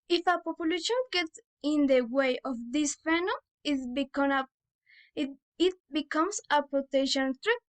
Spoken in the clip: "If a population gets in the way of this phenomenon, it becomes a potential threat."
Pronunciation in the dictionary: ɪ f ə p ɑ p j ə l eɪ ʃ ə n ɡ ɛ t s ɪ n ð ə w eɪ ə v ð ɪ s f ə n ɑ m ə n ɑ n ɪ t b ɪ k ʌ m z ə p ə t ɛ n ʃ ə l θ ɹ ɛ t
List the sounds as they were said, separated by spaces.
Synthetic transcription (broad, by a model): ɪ f ə p ɑ p j ə l eɪ ʃ ə n ɡ ɛ t s ɪ n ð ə w eɪ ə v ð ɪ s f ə n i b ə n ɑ ɪ t b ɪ k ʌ m s ə p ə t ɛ ʃ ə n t ɹ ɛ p